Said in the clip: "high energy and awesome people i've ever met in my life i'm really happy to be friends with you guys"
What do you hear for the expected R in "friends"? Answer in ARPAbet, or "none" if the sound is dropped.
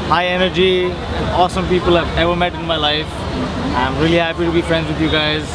R